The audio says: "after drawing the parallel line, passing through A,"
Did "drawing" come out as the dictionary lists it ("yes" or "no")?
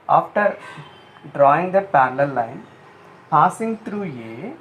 yes